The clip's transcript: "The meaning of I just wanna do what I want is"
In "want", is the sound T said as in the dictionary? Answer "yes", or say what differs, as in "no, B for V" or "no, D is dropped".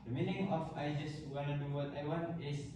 no, T is dropped